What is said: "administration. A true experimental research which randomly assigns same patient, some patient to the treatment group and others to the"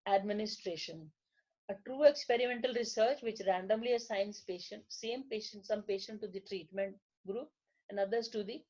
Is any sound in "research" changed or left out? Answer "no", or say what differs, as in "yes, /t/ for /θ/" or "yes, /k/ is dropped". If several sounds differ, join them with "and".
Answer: no